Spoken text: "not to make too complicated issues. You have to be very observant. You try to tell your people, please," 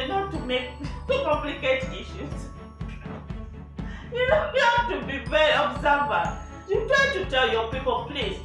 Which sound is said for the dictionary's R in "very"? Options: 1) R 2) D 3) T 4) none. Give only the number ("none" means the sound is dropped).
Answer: 4